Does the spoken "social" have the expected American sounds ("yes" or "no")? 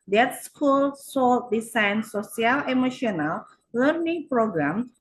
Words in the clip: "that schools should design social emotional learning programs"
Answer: no